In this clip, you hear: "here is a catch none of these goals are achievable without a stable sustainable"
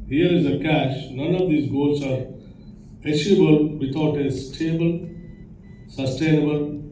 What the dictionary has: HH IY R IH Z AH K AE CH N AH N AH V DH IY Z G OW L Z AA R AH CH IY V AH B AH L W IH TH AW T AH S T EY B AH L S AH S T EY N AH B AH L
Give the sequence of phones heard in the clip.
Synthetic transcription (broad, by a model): HH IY R IH Z AH K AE SH N AH N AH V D IY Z G OW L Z AA R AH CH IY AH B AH L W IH T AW T AH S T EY B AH L S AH S T EY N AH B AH L